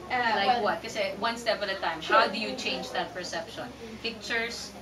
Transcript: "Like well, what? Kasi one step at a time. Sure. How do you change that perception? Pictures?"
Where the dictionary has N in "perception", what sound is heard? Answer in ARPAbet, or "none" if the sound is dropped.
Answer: N